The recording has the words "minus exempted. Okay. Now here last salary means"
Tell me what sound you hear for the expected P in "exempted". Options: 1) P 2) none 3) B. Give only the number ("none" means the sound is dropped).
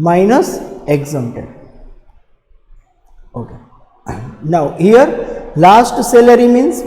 2